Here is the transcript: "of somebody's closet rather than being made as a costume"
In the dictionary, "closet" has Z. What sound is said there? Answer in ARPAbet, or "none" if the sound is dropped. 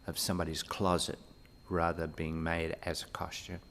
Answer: Z